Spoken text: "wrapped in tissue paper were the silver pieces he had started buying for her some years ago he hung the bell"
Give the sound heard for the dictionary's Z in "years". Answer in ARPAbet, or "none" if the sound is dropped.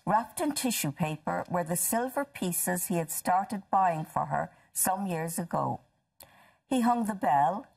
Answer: Z